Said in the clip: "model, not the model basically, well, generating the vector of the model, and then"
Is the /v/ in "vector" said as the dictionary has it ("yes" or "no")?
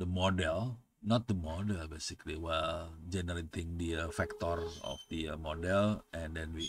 no